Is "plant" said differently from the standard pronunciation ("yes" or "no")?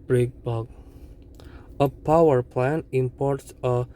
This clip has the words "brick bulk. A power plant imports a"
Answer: yes